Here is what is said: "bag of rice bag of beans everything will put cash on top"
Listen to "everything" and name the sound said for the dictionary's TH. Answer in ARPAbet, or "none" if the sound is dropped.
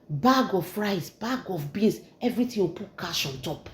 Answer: T